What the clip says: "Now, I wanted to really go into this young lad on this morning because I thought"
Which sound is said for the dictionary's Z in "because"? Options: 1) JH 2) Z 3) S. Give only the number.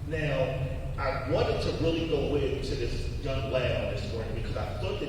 2